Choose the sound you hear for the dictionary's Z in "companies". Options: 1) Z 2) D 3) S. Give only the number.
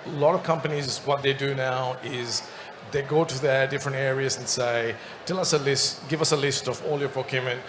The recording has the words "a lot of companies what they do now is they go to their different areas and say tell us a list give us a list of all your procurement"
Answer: 1